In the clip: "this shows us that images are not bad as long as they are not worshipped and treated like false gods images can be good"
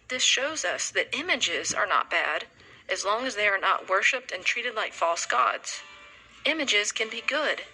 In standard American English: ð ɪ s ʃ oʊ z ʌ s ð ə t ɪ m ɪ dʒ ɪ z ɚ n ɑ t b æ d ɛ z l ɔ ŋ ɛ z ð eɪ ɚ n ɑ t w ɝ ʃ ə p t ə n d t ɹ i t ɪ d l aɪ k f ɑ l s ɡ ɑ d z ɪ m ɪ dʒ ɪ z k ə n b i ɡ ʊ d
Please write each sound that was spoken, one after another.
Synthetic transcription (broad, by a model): ð ɪ s ʃ oʊ z ʌ s ð ə t ɪ m ɪ dʒ ɪ z ɚ n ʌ t b æ d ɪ z l ɔ ŋ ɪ z ð eɪ ɚ n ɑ t w ɝ ʃ ə p t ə n t ɹ i t ɪ d l aɪ k f ɑ l s ɡ ɑ d z ɪ m ɪ dʒ ɪ z k ə n b i ɡ ʊ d